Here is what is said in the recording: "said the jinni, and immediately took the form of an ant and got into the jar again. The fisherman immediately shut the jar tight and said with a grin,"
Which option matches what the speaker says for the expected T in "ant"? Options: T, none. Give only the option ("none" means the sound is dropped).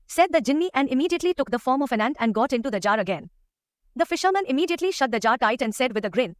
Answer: T